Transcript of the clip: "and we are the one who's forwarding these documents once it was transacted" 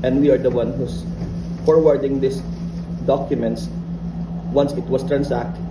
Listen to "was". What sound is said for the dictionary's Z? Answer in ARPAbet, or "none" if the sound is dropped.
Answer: S